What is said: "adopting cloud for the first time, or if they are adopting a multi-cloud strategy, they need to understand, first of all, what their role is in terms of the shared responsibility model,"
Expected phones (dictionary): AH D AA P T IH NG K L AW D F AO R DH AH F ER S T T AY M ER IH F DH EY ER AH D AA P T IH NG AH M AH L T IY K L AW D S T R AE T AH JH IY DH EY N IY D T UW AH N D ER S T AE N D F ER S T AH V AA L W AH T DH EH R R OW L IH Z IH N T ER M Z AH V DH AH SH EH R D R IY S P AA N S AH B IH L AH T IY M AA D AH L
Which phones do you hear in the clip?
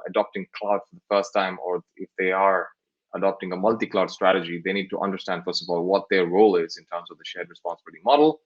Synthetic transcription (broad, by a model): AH D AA P T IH NG K L AW D F AO R DH AH F ER S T T AY M ER IH F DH EY ER AH D AA P T IH NG AH M AH L T IY K L AW D S T R AE T AH JH IY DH EY N IY D T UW AH N D ER S T AE N D F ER S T AH V AA L W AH T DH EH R R OW L IH Z IH N T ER M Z AH V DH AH SH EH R D R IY S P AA N S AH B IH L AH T IY M AA D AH L